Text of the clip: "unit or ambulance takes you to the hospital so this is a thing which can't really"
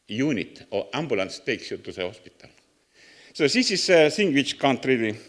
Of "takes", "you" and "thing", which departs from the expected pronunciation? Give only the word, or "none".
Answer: thing